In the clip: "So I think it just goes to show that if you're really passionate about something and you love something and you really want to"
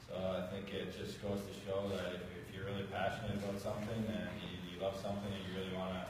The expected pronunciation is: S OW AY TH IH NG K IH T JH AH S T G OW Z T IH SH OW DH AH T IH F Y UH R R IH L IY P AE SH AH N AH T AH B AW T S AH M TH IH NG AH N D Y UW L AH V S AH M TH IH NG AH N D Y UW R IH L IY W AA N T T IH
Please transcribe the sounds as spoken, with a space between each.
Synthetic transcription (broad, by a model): S OW AY TH IH NG K IH T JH AH S G OW Z T IH SH OW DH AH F IH F Y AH R R IH L IY P AE SH AH N AH T AH B AW T S AH M TH IH NG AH N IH Y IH L AH V S AH M TH IH NG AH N Y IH R IH L IY W AA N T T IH